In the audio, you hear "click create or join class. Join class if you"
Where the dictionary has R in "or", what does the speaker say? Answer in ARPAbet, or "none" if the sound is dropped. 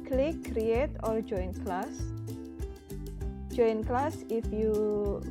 L